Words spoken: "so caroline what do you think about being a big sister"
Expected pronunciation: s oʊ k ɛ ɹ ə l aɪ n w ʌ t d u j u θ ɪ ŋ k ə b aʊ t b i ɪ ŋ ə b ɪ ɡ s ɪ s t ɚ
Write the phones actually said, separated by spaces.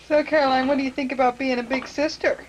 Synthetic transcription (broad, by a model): s oʊ k ɛ ɹ ə l aɪ n w ʌ t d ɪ j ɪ θ ɪ ŋ k ə b aʊ t b i ɪ ŋ ə b ɪ ɡ s ɪ s t ɚ